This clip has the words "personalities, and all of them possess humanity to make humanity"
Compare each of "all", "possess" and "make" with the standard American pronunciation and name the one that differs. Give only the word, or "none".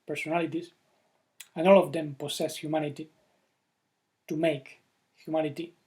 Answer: possess